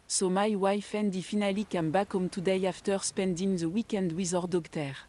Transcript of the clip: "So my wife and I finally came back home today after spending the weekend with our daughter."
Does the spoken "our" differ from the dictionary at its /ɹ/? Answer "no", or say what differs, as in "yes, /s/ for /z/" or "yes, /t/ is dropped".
no